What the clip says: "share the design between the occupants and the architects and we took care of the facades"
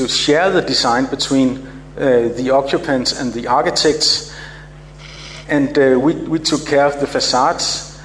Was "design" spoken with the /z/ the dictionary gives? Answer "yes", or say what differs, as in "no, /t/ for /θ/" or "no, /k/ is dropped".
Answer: no, /s/ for /z/